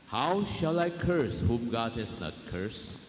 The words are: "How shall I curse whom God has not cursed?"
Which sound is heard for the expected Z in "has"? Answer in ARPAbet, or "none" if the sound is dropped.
S